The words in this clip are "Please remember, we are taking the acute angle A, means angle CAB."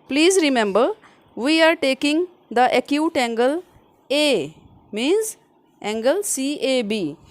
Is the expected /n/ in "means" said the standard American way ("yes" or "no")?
yes